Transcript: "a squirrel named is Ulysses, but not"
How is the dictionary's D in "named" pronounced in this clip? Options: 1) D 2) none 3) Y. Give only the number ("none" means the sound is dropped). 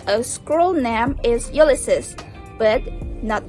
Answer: 2